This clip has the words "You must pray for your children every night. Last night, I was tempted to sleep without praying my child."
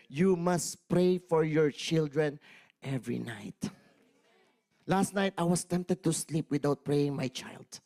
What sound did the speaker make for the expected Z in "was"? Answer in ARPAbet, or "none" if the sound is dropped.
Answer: S